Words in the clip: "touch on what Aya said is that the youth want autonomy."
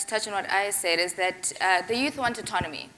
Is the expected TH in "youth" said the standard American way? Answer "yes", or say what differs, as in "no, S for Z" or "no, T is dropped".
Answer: yes